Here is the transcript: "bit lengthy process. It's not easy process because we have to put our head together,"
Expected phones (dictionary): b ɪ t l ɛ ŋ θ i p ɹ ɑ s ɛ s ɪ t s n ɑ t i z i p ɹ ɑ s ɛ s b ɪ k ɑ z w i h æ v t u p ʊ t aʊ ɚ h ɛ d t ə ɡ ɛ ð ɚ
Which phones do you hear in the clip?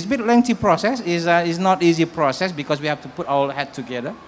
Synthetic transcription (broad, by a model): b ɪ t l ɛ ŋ t i p ɹ ɑ s ɛ s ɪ s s n ɑ t i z i p ɹ ɑ s ɛ s b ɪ k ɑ s w i h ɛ f t u p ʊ t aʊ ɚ h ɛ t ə ɡ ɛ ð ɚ